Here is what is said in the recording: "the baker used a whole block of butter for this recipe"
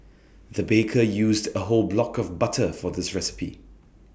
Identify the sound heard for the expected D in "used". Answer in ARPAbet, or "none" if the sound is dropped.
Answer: D